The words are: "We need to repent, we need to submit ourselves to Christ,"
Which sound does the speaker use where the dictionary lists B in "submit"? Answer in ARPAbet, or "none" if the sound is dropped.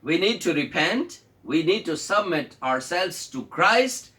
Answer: B